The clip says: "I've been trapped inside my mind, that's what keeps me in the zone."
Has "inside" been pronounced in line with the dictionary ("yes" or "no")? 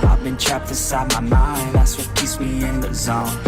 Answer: no